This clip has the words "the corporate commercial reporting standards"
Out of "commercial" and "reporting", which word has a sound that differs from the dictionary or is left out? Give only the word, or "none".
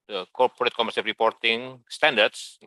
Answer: commercial